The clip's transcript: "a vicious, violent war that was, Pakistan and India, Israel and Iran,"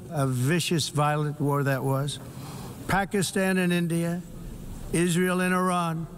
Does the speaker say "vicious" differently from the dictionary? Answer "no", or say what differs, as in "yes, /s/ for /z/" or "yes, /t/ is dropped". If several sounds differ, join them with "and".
no